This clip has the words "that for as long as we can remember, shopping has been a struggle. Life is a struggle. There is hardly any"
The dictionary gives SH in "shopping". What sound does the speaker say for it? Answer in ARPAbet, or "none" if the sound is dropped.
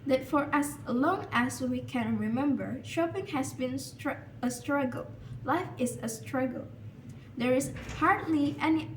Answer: SH